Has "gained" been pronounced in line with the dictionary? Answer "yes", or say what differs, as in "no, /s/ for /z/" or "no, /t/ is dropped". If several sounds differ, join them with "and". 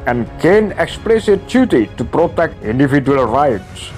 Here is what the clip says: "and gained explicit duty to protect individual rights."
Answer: no, /d/ is dropped